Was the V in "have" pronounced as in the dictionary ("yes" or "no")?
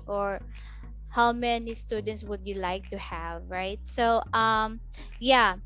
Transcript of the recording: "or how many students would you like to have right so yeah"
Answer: yes